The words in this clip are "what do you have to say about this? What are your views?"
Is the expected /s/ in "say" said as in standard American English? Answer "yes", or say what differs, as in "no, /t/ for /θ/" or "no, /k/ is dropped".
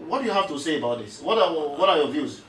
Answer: yes